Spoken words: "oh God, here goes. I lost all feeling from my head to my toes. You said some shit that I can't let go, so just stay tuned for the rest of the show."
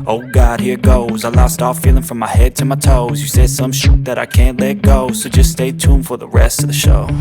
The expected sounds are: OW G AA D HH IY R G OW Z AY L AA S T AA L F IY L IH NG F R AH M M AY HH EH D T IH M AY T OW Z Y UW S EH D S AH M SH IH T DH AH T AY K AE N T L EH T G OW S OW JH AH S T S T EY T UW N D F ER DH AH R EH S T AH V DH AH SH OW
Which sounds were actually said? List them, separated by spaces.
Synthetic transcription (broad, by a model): OW G AA D HH IY R G OW Z AY L AA S T AA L F IY L IH NG F R AH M M AY HH EH D T IH M AY T OW Z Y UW S EH D S AH M SH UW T DH AH T AY K AE N T L EH T G OW S OW JH AH S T S T EY T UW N F ER DH AH R EH S T AH V DH AH SH OW